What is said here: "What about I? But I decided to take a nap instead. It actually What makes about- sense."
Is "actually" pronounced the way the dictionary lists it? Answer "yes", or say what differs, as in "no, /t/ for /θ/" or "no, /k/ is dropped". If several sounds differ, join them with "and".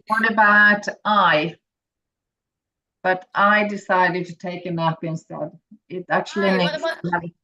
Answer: no, /l/ is dropped